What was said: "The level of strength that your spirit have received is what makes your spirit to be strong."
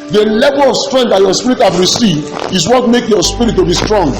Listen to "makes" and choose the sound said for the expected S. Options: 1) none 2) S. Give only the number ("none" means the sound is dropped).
1